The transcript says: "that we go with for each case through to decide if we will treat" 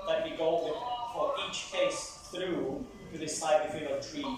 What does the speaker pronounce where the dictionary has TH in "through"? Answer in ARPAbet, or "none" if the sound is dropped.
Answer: TH